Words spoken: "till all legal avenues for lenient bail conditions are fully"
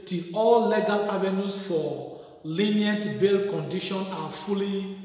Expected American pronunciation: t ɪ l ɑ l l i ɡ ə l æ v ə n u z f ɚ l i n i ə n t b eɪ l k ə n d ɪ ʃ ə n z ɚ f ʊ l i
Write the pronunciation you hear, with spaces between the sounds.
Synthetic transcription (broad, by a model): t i ɑ l l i ɡ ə l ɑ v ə n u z f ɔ l i n i ə n t b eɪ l k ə n d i ʃ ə n ɑ f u l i